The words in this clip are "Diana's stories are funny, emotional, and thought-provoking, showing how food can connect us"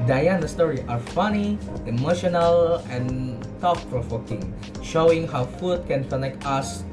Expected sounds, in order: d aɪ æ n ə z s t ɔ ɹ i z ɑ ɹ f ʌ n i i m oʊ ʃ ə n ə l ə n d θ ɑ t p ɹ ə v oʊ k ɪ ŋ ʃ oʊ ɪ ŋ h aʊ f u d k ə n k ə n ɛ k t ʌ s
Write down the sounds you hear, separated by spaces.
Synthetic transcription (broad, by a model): d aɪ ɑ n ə s t ɔ ɹ i ɑ ɹ f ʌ n i i m oʊ ʃ ə n ə l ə n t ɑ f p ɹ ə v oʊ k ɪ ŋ ʃ oʊ ɪ ŋ h aʊ f u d k ə n k ə n ɛ k t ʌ s